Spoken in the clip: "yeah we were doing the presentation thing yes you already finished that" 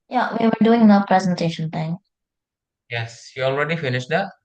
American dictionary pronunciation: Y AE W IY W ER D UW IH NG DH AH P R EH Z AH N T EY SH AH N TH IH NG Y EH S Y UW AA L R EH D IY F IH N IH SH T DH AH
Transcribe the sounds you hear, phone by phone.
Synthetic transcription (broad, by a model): Y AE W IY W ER D UW IH NG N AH P R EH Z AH N T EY SH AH N T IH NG Y EH S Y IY AA L R EH D IY F IH N IH SH T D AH